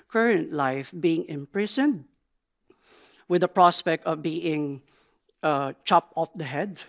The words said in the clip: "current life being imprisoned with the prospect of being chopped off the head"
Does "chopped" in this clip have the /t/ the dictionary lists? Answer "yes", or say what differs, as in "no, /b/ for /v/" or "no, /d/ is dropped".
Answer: no, /t/ is dropped